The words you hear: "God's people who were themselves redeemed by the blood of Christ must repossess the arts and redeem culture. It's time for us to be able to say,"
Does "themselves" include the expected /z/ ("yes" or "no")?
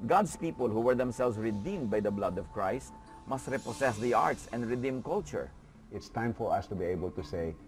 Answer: no